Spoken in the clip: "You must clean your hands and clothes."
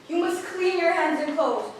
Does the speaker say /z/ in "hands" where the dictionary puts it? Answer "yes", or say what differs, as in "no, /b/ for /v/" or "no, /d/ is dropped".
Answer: yes